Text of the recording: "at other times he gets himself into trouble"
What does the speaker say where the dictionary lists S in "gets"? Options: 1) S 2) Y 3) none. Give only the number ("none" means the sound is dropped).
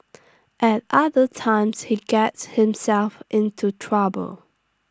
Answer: 1